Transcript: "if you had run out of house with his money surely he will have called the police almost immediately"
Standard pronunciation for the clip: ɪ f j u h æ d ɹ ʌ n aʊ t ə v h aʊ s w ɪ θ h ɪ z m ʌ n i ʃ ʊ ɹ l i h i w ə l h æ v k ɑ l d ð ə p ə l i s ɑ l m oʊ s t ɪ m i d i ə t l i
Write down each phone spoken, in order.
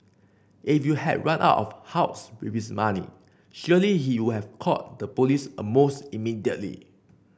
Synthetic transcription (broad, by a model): ɪ f j u h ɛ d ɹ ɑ n aʊ t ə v h aʊ s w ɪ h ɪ s m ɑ n i ʃ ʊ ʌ l i h i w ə h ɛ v k ɑ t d ə p ə l i s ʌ m oʊ s t ɪ m i d i ə t l i